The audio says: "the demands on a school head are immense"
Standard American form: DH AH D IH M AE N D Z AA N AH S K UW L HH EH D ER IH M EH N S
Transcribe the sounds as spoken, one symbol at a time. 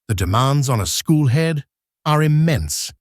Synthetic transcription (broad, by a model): DH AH D IH M AE N D Z N AH S K UW L HH EH D ER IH M EH N S